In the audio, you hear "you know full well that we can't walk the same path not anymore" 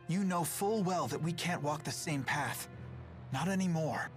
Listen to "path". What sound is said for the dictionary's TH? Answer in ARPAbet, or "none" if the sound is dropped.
TH